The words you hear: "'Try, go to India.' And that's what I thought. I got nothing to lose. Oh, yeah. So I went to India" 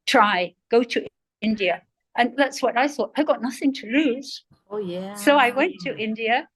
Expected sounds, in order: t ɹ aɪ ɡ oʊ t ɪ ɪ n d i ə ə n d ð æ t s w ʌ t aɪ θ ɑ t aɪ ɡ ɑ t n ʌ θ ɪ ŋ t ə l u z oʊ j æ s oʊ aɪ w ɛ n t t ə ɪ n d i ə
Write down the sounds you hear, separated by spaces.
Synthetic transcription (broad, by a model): t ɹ aɪ ɡ oʊ t ɪ ɪ n d i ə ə n ð æ t s w ʌ t aɪ θ ɑ t aɪ ɡ ɑ t n ʌ θ ɪ ŋ t ə l u z oʊ j æ s oʊ aɪ w ɛ n t t ɪ n d i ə